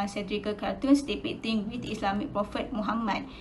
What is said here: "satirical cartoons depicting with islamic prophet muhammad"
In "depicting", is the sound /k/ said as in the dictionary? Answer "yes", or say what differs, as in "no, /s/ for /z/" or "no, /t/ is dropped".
no, /k/ is dropped